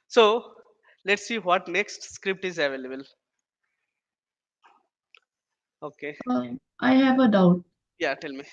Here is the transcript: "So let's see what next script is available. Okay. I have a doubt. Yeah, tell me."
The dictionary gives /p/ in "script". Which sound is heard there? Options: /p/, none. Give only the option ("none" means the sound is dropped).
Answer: /p/